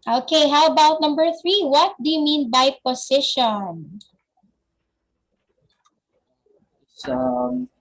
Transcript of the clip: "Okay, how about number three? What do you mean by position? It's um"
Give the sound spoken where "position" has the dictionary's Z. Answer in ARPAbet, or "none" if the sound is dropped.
S